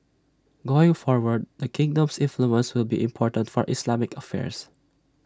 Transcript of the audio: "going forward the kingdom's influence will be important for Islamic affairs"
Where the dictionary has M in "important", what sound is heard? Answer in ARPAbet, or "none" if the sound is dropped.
M